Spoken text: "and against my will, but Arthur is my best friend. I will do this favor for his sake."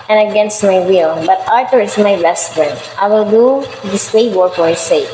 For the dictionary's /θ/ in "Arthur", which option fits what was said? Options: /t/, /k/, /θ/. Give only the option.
/t/